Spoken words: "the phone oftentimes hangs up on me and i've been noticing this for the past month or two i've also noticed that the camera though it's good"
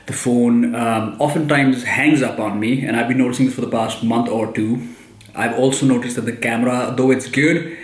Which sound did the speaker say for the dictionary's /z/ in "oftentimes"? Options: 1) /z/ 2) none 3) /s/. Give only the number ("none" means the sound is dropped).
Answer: 1